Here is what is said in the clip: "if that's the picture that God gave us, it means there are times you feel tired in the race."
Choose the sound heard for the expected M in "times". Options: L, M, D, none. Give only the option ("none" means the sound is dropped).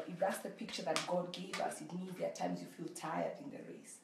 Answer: M